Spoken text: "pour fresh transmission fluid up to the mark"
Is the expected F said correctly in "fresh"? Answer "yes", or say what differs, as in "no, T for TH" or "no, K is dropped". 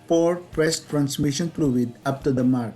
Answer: no, P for F